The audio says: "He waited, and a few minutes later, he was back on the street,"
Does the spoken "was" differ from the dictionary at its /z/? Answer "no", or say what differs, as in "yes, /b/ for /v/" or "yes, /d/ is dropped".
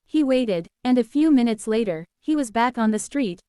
no